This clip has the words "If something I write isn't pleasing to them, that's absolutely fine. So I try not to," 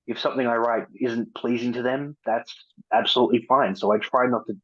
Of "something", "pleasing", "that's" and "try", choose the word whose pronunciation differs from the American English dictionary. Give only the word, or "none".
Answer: none